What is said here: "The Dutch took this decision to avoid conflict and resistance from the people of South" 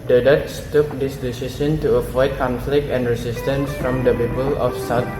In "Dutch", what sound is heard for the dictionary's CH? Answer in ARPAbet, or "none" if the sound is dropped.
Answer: S